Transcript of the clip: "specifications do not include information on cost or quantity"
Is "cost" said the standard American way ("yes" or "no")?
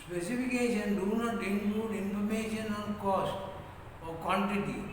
yes